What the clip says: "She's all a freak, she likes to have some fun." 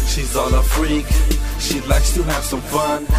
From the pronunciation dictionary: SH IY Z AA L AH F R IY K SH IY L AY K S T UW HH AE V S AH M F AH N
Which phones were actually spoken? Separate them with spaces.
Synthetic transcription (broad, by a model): SH IY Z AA N AH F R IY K SH IY L AY K S T UW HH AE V S AH M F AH N